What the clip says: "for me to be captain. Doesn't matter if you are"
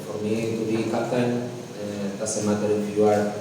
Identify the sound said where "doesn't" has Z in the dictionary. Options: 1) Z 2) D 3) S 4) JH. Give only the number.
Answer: 3